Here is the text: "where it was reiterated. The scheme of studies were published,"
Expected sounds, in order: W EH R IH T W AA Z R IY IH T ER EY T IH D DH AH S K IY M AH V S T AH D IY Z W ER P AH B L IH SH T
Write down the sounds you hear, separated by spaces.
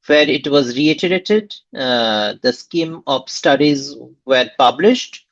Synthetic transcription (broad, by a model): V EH R IH T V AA Z R IY IH T ER EY T IH D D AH S K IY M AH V S T AH D IY Z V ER P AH B L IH SH T